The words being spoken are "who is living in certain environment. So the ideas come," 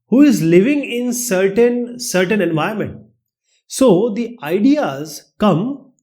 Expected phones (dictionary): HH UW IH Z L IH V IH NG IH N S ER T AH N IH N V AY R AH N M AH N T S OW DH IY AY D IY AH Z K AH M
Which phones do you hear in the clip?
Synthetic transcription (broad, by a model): HH UW IH Z L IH V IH NG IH N S ER T AH N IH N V AY AH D M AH N T S OW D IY AY D IY AH Z K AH M